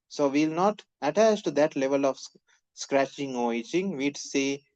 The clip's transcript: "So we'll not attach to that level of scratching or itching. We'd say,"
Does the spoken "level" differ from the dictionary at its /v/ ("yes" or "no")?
no